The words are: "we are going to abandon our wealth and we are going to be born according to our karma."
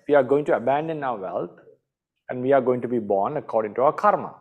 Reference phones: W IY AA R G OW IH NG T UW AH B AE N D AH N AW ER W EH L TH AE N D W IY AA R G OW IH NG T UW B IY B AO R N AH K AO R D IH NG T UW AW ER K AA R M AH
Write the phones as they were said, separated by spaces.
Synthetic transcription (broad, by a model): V IY AA R G OW IH NG T UW AH B AE N D AH N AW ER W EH L T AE N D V IY AA R G OW IH NG T UW B IY B AO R N AH K AO R D IH NG T UW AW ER K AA R M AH